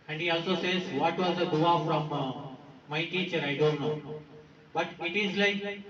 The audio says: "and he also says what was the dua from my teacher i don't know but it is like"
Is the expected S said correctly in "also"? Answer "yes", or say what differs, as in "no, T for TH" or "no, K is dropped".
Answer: yes